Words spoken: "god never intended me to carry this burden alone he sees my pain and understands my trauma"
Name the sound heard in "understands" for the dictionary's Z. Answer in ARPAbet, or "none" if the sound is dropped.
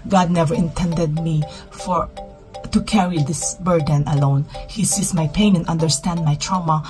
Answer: none